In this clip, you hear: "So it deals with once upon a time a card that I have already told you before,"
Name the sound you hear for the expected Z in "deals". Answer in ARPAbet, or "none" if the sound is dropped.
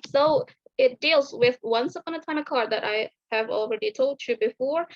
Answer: Z